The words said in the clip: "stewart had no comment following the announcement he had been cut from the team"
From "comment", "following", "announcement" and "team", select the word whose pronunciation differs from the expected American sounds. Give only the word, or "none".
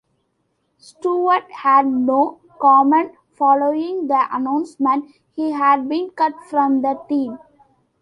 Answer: none